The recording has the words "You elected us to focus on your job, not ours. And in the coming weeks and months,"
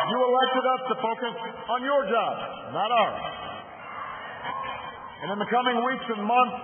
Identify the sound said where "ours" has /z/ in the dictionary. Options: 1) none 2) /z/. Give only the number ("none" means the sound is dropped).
1